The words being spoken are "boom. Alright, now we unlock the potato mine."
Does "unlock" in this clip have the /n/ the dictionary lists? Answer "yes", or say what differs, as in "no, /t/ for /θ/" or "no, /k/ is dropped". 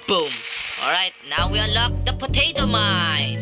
no, /n/ is dropped